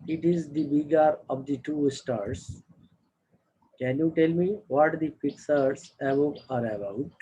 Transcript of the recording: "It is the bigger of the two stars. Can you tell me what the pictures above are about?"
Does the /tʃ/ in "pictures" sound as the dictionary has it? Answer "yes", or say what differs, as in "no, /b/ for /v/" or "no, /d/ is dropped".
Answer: no, /s/ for /tʃ/